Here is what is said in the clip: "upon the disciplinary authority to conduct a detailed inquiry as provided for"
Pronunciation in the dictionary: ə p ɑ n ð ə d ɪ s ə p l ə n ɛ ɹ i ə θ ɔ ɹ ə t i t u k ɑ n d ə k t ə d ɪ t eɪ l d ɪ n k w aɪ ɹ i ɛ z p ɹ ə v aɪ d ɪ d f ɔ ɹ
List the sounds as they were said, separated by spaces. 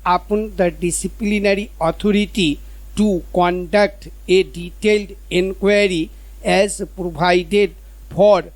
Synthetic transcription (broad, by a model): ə p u n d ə d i s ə p l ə n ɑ ɹ i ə t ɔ ɹ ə t i t u k ɑ n d ə k t ə d ɪ t eɪ l d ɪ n k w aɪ ɹ i ɛ z p ɹ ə b aɪ d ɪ d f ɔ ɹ